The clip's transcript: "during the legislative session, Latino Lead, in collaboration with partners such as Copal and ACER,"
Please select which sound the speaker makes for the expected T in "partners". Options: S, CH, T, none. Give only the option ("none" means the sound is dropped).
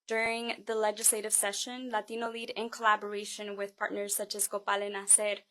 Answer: T